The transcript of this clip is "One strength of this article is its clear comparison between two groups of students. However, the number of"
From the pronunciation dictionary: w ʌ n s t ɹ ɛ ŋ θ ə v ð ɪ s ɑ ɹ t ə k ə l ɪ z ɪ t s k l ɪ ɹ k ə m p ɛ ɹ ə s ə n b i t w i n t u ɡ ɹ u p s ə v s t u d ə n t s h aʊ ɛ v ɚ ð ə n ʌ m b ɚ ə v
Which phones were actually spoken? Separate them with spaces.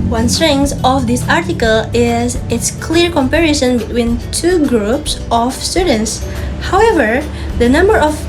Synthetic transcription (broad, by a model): w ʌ n s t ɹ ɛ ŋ s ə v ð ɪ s ɑ ɹ t ə k ə l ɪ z ɪ t s k l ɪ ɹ k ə m p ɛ ɹ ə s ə n b i t w i n t u ɡ ɹ u p s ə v s t u d ə n t s h aʊ ɛ v ɚ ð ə n ʌ m b ɚ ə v